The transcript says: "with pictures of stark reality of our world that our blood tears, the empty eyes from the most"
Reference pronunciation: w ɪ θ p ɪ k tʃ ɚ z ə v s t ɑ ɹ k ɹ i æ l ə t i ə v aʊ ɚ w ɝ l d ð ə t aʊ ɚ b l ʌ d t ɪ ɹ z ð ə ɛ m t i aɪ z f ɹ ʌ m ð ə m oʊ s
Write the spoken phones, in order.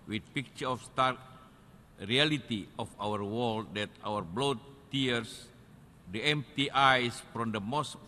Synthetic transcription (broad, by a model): w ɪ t p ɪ k tʃ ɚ ə f s t ɑ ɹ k ɹ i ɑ l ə t i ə f aʊ ɚ w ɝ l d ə t aʊ ɚ b l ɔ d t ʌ ɹ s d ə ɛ m t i aɪ s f ɹ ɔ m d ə m oʊ s